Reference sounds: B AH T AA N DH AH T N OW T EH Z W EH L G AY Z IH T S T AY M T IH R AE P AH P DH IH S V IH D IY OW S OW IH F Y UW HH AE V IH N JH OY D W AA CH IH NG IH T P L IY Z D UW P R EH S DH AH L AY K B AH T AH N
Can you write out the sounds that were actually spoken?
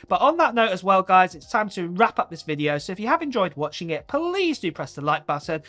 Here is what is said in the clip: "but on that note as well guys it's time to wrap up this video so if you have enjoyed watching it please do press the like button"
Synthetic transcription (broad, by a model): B AH T N DH AH T N OW T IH Z W EH L G AY Z IH T S T AY M T IH R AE P AH P DH IH S V IH D IY OW S OW IH F Y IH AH V IH N JH OY D W AA CH IH NG IH T P L IY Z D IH P R EH S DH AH L AY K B AH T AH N